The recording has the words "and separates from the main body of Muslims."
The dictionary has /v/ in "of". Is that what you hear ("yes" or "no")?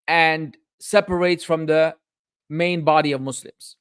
yes